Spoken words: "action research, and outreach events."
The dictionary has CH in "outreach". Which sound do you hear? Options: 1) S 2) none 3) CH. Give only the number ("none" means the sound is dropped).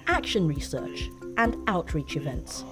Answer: 3